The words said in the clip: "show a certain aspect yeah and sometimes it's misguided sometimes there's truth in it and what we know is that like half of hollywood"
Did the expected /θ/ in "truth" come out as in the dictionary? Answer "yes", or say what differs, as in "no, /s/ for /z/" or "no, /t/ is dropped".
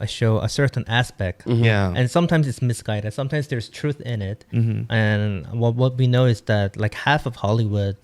yes